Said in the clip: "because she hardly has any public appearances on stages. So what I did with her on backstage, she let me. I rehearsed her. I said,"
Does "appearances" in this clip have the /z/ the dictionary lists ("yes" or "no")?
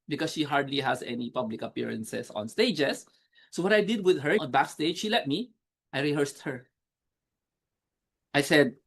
no